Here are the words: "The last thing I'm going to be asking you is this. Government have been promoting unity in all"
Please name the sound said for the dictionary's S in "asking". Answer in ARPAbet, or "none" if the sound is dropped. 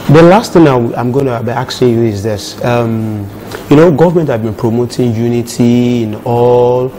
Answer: none